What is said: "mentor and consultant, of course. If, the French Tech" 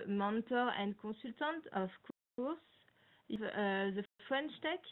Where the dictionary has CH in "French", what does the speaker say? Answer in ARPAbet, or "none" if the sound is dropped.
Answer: SH